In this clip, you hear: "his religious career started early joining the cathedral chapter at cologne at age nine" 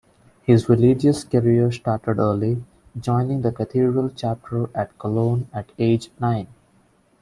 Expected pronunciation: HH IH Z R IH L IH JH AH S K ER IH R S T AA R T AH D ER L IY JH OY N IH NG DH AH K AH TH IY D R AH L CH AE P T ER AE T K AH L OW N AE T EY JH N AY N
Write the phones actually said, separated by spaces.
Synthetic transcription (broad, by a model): HH IH Z R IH L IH JH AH S K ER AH R S T AA R T AH D ER L IY JH OY N IH NG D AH K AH T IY D R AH L CH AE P T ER AE T K AH L OW N AE T EY JH N AY N